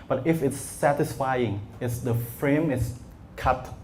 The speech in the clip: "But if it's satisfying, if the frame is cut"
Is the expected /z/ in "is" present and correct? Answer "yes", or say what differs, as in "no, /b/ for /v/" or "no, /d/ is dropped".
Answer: no, /s/ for /z/